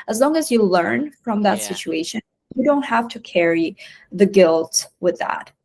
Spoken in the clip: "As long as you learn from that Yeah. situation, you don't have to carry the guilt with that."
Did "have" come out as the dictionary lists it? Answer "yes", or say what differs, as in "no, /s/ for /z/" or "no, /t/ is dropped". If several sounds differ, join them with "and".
no, /f/ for /v/